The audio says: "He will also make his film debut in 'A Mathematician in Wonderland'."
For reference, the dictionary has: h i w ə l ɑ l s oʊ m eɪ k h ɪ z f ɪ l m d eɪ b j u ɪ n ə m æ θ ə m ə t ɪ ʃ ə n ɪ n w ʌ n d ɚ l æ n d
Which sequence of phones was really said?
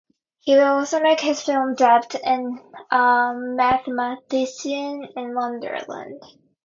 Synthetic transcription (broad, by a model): h i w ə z ɑ l s oʊ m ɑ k h ɪ z f ɪ l m d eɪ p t ɪ n ə m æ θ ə m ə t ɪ s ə n ɪ n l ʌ n d ɚ l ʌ n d